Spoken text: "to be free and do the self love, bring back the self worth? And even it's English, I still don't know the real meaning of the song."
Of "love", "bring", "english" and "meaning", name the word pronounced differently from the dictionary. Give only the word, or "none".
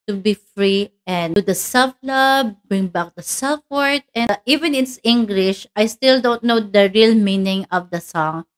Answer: love